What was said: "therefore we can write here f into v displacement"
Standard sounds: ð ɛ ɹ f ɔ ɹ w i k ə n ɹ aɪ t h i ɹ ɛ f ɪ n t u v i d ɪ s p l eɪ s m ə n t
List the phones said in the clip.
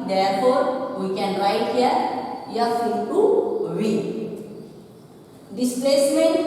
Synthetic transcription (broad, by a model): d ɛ ɹ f ɔ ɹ w i k ə n ɹ aɪ t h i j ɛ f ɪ t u w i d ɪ s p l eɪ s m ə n